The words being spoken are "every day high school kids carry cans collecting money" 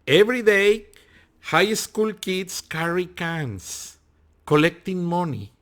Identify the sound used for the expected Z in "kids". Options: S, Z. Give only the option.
S